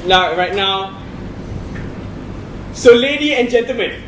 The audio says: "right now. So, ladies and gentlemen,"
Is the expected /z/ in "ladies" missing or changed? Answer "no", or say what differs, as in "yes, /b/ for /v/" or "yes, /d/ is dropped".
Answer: yes, /z/ is dropped